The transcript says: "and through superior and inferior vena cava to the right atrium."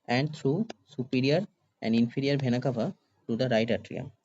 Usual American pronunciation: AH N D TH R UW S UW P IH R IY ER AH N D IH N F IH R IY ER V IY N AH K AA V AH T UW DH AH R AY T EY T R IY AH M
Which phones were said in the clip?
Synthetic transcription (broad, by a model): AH N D T R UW S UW P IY R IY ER AH N D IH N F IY R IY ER B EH N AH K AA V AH T UW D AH R AY T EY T R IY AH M